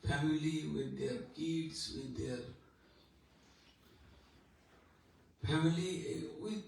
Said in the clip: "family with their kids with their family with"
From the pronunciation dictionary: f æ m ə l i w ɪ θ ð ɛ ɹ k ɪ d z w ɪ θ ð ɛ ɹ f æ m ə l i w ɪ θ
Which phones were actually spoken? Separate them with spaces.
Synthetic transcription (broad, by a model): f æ m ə l i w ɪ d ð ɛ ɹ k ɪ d s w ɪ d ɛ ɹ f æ m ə l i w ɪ